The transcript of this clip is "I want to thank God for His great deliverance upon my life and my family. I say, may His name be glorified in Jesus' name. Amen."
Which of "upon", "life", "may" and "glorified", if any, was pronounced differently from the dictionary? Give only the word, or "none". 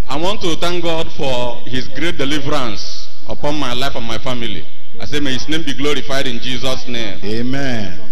none